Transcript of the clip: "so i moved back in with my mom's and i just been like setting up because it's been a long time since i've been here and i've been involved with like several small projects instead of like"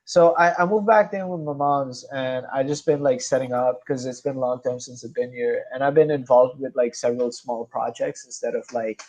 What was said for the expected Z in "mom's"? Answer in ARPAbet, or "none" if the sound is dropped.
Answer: Z